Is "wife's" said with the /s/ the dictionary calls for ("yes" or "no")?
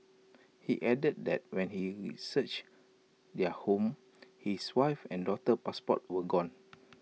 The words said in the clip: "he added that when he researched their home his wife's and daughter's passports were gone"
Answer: no